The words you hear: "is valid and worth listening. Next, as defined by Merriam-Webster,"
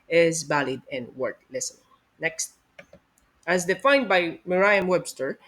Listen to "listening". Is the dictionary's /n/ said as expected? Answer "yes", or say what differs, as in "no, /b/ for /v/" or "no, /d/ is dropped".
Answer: no, /n/ is dropped